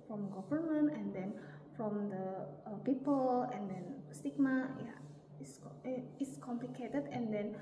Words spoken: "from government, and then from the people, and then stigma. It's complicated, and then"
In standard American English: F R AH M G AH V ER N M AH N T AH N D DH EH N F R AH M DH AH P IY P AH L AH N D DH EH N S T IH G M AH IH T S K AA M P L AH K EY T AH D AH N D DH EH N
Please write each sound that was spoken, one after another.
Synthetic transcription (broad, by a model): F R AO M G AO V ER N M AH N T AH N D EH N F R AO M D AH P IY P AH L AH N D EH N S T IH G M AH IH S S K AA M P L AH K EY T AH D AH N D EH N